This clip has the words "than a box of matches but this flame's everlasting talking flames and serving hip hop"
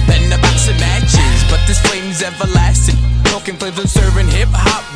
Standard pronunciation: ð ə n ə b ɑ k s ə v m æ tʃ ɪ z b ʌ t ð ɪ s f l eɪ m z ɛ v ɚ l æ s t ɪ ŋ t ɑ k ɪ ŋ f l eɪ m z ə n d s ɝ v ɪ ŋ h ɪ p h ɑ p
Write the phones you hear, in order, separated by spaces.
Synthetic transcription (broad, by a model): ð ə n ə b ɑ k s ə m æ tʃ ɪ z b ʌ t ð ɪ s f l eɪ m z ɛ v ɚ l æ s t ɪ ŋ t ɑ k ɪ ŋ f ʌ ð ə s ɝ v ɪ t h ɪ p h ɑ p